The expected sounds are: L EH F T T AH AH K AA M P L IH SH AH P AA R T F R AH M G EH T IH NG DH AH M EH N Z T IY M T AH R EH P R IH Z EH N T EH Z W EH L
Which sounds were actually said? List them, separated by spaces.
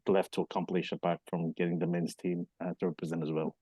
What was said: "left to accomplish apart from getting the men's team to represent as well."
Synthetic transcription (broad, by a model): L EH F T T AH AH K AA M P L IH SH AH B AA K F R AH M G EH T IH NG DH AH M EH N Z T IY M T AH R EH P R IH Z EH N T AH Z W EH L